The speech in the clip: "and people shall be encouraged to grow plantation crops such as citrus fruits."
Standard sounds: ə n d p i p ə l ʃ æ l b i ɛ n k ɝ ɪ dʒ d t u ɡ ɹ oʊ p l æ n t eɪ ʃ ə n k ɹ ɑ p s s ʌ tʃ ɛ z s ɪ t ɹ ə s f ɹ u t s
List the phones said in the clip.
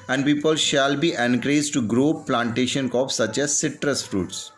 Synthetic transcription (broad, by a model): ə n d p i p ə l ʃ æ l b i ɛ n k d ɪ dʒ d t u ɡ ɹ oʊ p l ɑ n t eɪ ʃ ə n k ɑ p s s ʌ tʃ ɛ z s ɪ t ɹ ə s f ɹ u t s